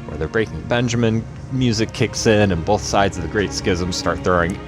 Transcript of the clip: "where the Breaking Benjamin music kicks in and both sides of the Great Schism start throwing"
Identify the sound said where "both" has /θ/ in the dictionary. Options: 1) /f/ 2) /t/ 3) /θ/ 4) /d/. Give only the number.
3